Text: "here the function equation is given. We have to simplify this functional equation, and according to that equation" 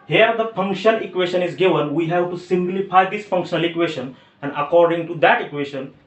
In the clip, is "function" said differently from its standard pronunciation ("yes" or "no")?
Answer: yes